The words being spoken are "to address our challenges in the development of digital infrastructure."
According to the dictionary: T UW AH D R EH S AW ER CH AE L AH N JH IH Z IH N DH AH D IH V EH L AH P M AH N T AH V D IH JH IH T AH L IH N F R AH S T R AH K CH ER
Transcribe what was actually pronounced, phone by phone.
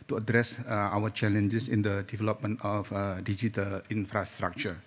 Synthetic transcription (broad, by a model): T UW AH D R EH S AW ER CH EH L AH N JH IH S IH N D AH D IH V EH L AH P M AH N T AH F D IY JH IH T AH L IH N F R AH S T R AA K CH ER